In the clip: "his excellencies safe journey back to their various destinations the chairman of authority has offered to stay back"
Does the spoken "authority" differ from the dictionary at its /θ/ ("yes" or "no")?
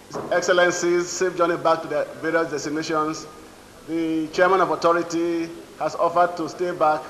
yes